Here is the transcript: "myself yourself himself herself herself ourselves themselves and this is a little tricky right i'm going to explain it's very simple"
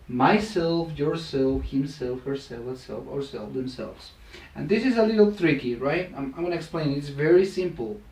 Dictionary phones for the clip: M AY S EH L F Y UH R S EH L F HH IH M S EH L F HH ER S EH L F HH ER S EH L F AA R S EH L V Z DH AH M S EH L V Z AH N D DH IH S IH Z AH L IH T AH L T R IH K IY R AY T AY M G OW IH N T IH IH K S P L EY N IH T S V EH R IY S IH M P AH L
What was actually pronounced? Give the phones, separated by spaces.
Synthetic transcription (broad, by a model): M AY S EH L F Y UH R S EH L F HH IH M S EH L F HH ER S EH L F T S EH L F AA R S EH L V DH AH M S EH L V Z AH N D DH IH S IH Z AH L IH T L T R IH K IY R AY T AY M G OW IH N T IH IH K S P L EY N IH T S V EH R IY S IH M P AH L